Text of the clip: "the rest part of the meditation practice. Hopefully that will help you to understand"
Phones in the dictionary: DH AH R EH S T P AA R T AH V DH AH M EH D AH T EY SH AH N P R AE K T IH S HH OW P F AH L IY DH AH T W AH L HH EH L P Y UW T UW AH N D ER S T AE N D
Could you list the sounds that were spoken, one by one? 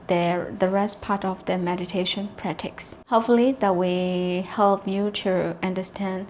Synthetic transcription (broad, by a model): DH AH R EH S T P AA R T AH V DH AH M EH D AH T EY SH AH N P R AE T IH S HH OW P F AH L IY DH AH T W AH HH EH L P Y UW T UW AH N D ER S T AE N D